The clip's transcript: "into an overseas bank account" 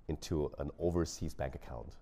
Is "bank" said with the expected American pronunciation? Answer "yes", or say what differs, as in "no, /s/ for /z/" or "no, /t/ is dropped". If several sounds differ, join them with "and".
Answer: yes